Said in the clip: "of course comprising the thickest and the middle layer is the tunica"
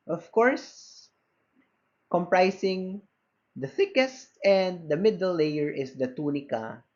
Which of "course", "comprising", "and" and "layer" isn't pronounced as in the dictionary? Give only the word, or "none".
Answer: comprising